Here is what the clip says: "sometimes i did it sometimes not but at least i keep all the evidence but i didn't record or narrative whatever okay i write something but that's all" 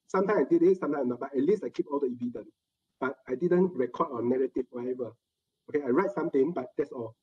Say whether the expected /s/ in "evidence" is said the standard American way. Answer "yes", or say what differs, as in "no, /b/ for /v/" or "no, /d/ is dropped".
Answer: no, /s/ is dropped